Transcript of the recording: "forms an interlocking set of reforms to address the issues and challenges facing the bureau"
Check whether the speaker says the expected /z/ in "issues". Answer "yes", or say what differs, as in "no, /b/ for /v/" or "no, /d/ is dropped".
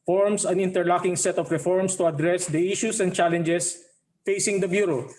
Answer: no, /s/ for /z/